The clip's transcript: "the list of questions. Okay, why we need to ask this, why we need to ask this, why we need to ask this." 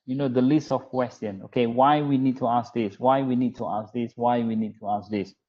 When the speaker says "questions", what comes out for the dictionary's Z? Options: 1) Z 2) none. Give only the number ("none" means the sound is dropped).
2